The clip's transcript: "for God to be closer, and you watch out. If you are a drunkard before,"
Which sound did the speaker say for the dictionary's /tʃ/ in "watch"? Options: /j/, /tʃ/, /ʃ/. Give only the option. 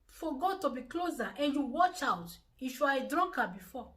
/tʃ/